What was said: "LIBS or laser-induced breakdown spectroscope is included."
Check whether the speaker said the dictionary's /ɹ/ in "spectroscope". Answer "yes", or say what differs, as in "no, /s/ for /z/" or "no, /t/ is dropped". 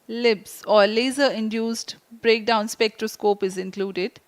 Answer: yes